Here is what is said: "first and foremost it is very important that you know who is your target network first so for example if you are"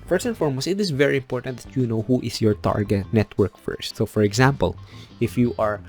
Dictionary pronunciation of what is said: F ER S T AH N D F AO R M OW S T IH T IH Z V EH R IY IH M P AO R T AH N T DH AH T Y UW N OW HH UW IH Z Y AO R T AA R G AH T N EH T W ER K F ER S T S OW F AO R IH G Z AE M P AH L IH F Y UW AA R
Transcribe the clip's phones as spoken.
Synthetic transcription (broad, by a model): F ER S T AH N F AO R M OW S IH T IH S V EH R IY IH M P AO R T AH N T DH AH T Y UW N OW HH UW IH S Y AO R T AA R G AH T N EH T W ER K F ER S T S OW F AO R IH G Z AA M P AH L IH F Y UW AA R